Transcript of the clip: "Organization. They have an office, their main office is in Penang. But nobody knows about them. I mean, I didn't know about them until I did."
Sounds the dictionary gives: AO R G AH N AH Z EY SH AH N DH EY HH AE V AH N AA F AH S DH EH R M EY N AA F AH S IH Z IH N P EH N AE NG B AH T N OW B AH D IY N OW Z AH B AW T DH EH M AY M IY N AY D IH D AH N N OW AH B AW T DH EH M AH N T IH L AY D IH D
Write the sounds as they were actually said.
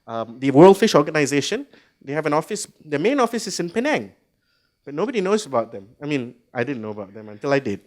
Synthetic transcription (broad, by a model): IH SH G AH N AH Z EY SH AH N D EY HH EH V AH N AA F AH S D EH M EY N AA F AH S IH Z IH N P EH N AE NG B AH T N OW B AH D IY N OW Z AH B AW T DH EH M AY M IY N AY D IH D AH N N OW AH B AW T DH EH M AH N T IH L AY D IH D